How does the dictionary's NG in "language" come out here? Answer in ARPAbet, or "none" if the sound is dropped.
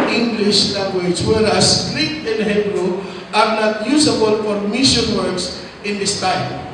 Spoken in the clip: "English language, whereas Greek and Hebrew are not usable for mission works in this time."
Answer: none